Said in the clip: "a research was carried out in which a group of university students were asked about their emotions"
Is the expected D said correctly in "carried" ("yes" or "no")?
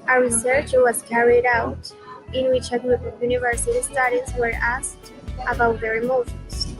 yes